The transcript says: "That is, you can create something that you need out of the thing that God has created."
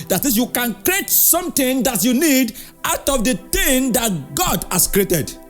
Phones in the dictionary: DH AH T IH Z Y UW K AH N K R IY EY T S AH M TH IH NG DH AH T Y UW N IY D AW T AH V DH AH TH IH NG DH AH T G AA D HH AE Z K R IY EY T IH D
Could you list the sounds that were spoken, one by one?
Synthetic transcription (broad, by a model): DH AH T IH S Y UW K AH N K R IY EY T S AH M T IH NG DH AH T Y UW N IY D AW T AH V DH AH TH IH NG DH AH T G AA D HH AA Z K R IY EY T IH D